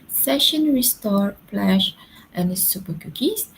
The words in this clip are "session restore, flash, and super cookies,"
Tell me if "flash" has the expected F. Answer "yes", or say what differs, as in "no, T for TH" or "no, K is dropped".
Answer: no, P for F